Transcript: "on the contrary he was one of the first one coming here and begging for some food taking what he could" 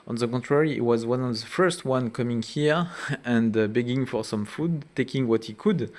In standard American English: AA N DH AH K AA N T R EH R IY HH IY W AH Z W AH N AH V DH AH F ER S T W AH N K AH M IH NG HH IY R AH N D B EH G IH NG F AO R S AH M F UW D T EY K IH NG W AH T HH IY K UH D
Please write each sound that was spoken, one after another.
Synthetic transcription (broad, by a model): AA N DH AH K AA N T R EH R IY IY W AH Z W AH N AH V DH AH F ER S T W AH N K AH M IH NG HH IY R AH N D B EH G IH NG F AO R S AH M F UW D T EY K IH NG W AH T HH IY K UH D